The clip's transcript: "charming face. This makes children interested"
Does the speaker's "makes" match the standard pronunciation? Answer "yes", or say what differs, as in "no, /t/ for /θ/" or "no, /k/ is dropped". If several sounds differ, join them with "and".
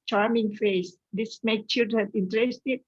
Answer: no, /s/ is dropped